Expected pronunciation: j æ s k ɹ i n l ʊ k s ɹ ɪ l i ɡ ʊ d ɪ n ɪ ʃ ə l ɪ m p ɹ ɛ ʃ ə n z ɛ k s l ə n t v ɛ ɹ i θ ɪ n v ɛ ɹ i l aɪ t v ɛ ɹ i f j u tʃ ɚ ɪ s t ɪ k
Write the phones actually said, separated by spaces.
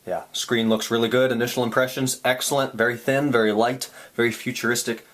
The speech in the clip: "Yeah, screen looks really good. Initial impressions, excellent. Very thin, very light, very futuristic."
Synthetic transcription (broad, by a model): j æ s k ɹ i n l ʊ k s ɹ ɪ l i ɡ ʊ d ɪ n ɪ ʃ l ɪ m p ɹ ɛ ʃ ə n z ɛ k s l ə n t v ɛ ɹ i θ ɪ n v ɛ ɹ i l aɪ t v ɛ ɹ i f j u tʃ ɚ ɪ s t ɪ k